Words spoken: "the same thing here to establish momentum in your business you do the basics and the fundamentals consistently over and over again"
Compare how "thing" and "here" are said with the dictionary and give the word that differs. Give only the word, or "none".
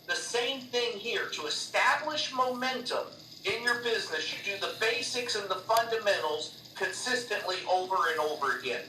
none